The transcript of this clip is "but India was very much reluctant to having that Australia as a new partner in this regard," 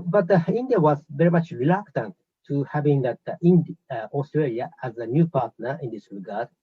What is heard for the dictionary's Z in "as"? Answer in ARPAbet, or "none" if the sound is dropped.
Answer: Z